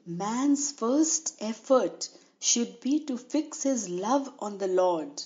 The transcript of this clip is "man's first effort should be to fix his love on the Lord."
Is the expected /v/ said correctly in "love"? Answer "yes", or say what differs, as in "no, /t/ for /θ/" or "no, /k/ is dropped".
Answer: yes